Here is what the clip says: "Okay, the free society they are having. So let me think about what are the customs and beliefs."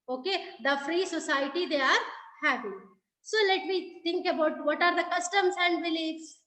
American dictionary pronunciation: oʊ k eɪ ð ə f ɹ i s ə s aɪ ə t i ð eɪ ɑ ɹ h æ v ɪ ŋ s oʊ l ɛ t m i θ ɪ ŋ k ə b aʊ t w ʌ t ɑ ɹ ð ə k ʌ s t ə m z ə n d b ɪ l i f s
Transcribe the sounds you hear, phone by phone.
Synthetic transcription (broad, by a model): oʊ k eɪ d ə f ɹ i s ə s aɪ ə t i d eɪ ɑ ɹ h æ p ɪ s oʊ l ɛ t m i t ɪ ŋ k ə b aʊ t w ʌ t ɑ ɹ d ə k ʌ s t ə m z ə n d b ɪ l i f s